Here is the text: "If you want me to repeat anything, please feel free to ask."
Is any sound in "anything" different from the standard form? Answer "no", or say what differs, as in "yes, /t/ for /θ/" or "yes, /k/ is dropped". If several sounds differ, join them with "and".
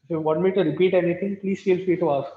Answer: yes, /t/ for /θ/